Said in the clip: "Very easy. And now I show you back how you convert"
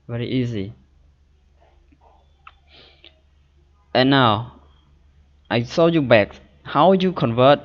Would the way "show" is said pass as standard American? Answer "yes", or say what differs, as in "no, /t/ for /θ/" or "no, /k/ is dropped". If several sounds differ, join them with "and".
no, /s/ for /ʃ/